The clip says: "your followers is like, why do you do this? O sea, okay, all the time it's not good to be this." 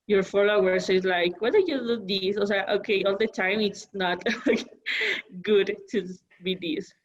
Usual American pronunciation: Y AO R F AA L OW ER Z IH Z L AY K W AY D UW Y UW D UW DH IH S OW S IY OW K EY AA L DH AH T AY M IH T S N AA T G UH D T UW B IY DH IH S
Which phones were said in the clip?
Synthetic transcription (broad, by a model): Y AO R F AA L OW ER S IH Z L AY K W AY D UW Y UW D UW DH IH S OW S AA OW K EY AA L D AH T AY M IH T S N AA T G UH D T UW B IY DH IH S